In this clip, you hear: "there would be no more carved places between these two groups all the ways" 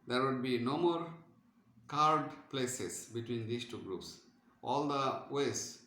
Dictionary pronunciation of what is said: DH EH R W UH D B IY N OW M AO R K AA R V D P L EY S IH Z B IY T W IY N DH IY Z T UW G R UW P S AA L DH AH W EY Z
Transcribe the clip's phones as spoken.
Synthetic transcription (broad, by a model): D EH R W UH D B IY N OW M AO R K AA R D P L EY S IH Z B IY T W IY N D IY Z T UW G R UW P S AA L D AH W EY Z